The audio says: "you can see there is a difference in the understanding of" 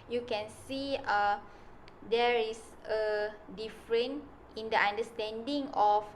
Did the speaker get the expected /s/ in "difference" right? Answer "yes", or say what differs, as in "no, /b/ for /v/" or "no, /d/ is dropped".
no, /s/ is dropped